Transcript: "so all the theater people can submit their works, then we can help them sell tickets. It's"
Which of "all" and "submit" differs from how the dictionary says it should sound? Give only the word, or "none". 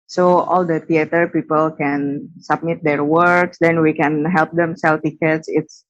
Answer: none